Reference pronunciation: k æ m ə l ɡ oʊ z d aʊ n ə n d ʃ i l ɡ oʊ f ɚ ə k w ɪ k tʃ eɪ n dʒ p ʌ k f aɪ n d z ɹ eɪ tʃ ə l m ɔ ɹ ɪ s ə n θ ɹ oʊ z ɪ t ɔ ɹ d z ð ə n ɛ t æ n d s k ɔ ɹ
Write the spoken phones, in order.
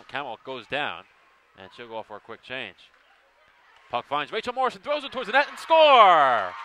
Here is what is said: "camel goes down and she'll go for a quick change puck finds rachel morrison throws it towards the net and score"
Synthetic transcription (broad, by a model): k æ m l ɡ oʊ z d aʊ n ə n ʃ i l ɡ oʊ f ɚ ə k w ɪ k tʃ eɪ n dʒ p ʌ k f aɪ n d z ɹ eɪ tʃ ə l m ɔ ɹ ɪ s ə n θ ɹ oʊ z ɪ t ɔ ɹ d z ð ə n ɛ t n s k ɔ ɹ